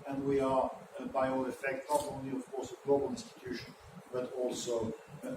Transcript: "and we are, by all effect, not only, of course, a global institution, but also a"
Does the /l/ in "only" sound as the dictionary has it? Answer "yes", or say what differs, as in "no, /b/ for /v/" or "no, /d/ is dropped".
yes